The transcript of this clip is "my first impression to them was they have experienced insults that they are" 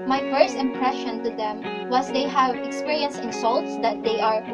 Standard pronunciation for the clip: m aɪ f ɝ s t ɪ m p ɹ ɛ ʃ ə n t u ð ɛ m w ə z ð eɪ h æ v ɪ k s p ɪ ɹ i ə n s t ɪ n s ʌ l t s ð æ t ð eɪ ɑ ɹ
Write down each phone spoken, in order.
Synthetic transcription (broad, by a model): m aɪ f ɝ s t ɪ m p ɹ ɛ ʃ ə n t u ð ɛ m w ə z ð eɪ h æ v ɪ k s p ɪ ɹ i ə n s ɪ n s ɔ l t s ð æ t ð eɪ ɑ ɹ